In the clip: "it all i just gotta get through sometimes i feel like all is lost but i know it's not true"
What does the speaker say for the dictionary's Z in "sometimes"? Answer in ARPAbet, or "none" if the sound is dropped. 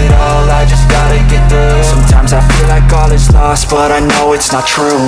Z